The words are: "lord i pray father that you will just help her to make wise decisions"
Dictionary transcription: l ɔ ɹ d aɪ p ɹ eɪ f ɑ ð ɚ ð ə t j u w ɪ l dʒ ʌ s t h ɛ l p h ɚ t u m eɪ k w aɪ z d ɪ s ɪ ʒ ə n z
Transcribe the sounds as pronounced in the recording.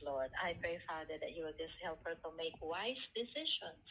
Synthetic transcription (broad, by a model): l ɔ ɹ d aɪ p ɹ eɪ f ɑ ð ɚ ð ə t j u w ɪ l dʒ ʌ s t h ɛ l p h ɚ t u m eɪ k w aɪ s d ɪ s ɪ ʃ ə n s